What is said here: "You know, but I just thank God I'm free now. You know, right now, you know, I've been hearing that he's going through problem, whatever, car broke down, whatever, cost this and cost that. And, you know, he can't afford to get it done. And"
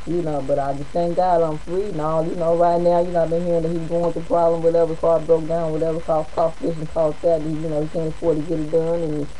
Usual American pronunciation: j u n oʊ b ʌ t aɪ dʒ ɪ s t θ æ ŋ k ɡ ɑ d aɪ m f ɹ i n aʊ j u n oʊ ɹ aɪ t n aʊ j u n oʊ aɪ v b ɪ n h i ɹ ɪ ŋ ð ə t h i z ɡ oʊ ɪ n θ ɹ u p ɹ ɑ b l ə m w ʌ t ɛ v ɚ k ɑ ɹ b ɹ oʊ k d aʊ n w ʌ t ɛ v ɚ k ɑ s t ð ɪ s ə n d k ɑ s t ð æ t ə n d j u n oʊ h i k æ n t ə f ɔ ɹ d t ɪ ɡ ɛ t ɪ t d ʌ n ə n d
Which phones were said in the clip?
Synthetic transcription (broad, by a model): j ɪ n oʊ b ʌ t aɪ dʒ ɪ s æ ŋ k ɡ ɑ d aɪ m f ɹ i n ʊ j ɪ n oʊ ɹ aɪ t n aʊ j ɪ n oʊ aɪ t b ɪ n h i ɹ ɪ ŋ ð ə t h i z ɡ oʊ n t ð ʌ p ɹ ɑ b l ə m w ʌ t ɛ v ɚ k ɑ l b ɹ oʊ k d aʊ n w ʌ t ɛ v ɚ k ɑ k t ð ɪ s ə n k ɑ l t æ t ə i j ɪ n oʊ h i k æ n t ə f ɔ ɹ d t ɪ ɡ ɛ t ɪ t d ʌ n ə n